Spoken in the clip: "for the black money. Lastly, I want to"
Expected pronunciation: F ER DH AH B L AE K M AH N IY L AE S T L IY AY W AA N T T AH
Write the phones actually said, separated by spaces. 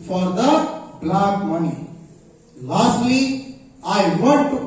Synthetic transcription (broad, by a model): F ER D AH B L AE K M AH N IY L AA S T L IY AY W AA T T